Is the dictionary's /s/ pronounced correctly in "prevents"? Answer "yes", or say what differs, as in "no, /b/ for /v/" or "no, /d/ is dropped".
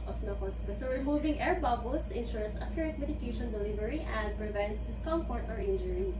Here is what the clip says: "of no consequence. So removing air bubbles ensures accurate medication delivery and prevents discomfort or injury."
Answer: yes